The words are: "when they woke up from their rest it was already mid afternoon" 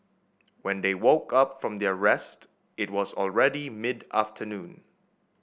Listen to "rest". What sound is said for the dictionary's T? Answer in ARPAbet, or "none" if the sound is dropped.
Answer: T